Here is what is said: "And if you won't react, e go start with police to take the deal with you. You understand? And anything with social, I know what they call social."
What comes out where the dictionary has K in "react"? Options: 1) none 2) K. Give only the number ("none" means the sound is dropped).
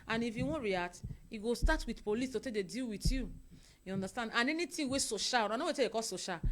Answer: 1